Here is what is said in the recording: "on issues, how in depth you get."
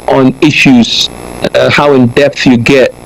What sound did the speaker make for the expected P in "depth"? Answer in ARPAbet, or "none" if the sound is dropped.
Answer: P